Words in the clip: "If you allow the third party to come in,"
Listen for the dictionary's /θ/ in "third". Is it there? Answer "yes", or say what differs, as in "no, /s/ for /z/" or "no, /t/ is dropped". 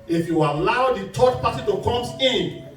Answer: no, /t/ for /θ/